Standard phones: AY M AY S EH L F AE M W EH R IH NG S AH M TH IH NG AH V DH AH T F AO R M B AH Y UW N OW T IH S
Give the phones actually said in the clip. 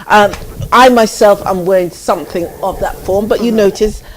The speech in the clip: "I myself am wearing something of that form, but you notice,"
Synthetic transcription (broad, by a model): AY M AY S EH L F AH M W EH R IH NG S AH M TH IH NG AH V DH AH T F AO R M B AH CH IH N OW T IH S